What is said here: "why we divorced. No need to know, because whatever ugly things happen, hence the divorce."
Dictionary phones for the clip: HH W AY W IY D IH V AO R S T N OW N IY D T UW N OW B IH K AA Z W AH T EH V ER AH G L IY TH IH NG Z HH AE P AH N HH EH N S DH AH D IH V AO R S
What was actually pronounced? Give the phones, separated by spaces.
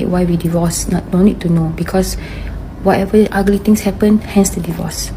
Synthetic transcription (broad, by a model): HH W AY W IY D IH V AO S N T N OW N IY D T UW N OW B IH K AA S W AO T EH V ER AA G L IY T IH NG S HH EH P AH N HH EH N S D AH D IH V AO S